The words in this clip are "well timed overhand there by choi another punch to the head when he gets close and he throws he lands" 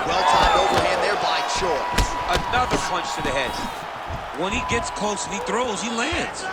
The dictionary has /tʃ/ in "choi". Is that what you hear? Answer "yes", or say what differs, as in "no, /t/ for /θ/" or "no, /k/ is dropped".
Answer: no, /ʃ/ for /tʃ/